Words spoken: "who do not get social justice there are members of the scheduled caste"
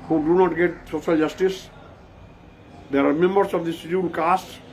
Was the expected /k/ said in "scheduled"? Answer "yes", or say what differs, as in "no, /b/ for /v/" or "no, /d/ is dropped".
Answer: no, /k/ is dropped